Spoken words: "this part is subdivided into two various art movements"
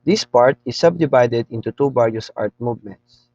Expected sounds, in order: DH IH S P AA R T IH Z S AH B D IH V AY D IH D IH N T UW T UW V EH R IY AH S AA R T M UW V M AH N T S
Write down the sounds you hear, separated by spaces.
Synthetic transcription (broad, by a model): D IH S P AA R T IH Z S AH B D IH V AY D IH D IH N T UW T UW B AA R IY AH S AA R T M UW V M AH N T S